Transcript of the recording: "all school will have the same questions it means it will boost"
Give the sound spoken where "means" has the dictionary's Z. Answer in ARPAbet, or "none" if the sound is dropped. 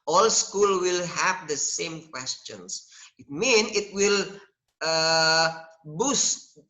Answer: none